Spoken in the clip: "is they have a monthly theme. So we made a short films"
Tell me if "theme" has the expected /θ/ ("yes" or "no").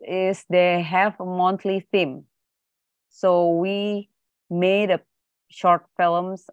no